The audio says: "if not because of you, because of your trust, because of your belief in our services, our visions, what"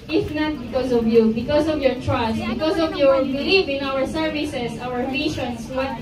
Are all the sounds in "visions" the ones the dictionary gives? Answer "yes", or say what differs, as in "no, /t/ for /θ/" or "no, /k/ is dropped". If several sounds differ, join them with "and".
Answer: no, /ʃ/ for /ʒ/ and /s/ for /z/